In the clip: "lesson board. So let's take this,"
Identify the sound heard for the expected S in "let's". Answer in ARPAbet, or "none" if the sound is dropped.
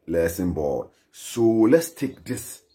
S